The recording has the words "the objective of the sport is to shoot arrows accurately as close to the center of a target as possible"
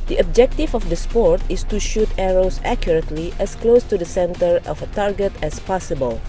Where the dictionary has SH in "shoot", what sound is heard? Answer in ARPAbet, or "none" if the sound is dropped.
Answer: SH